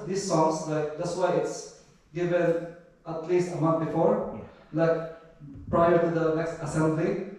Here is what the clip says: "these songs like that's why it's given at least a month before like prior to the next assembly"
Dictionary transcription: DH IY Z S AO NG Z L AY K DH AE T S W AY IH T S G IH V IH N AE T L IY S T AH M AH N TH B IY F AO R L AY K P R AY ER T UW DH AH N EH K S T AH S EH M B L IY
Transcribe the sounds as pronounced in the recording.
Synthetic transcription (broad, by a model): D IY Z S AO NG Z L AY K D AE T S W AY IH T S G IH V IH N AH T L IY S T AH M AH N T B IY F AO R L AY K P R AY ER T UW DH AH N EH K S T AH S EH M B L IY